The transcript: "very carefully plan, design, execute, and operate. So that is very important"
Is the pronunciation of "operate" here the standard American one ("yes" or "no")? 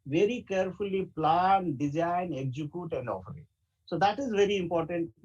no